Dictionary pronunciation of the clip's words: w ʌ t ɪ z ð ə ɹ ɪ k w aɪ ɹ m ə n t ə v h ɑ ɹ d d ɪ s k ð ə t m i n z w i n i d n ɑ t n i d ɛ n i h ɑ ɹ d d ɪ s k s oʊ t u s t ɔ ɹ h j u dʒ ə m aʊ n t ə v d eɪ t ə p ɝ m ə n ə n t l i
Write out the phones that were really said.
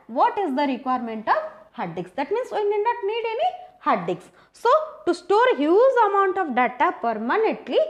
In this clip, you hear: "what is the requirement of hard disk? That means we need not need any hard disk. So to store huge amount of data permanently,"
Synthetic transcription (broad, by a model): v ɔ t ɪ z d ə ɹ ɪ k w aɪ ɹ m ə n t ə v h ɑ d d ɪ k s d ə t m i n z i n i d n ɑ t n i d ɛ n i h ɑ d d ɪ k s s oʊ t u s t ɔ ɹ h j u z ə m aʊ n t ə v d eɪ t ə p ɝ m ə n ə n t l i